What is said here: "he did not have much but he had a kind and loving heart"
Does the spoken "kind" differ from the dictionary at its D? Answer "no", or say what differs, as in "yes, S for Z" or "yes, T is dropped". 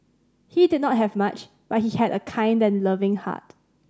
no